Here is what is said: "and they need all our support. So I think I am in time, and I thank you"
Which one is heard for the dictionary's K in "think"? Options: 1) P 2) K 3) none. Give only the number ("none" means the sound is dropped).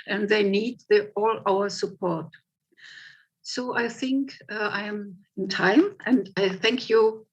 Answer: 2